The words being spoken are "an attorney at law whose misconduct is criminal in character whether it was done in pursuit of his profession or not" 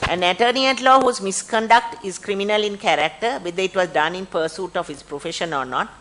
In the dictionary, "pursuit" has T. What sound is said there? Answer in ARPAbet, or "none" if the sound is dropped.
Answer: T